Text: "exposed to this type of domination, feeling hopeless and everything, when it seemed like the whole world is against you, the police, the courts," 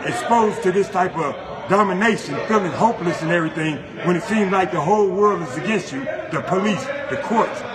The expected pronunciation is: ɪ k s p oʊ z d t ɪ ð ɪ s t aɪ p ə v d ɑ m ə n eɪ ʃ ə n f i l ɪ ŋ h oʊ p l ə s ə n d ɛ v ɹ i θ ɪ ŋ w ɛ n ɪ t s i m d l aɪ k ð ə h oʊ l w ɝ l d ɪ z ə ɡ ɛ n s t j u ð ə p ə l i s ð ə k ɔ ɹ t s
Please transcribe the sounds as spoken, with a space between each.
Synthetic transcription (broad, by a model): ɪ k s p oʊ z t ɪ ð ɪ s t aɪ p ə v d ɑ m ə n eɪ ʃ ə n f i l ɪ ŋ h oʊ p l ə s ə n ɛ v ɹ i θ ɪ ŋ w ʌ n ɪ t s i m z l aɪ k ð ə h oʊ l w ɝ l d ɪ z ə ɡ ɛ n s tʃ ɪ ð ə p ə l i s ð ə k ɔ ɹ t s